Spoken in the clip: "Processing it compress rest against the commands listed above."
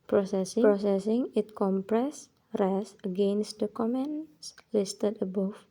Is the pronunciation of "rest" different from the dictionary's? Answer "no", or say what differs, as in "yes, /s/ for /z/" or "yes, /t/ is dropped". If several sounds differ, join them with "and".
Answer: yes, /t/ is dropped